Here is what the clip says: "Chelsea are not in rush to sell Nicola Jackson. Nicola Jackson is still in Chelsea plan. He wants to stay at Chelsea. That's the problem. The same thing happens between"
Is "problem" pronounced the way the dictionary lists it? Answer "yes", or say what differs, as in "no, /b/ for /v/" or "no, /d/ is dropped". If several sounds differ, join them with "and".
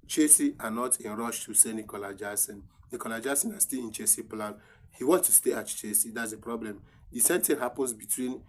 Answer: yes